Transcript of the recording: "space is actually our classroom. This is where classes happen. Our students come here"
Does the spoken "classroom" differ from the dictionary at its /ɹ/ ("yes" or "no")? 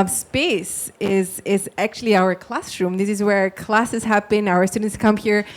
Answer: no